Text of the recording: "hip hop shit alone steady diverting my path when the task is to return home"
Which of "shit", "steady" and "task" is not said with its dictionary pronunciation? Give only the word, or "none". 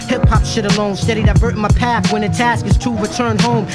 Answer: none